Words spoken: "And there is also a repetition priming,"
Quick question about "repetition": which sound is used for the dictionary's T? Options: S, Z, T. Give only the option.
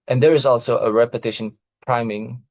T